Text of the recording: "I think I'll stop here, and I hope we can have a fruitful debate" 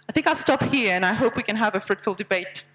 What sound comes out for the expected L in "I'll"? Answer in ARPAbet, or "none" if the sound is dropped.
L